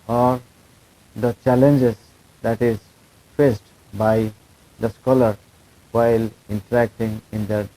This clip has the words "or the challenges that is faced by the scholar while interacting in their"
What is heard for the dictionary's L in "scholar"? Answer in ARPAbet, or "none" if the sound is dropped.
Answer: L